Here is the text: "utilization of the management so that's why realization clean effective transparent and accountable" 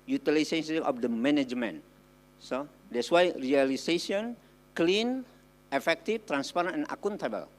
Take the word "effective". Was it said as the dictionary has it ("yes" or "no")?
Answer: no